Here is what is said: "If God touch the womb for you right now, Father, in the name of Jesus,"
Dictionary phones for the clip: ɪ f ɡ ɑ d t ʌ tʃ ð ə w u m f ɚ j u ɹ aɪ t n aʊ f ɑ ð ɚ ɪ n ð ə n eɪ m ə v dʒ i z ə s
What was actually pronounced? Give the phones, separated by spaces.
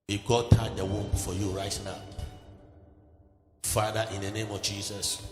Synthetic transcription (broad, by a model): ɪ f ɡ ɑ d t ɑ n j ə w u m f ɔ j u ɹ aɪ t n aʊ f ɑ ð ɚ ɪ n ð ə n eɪ m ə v dʒ i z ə s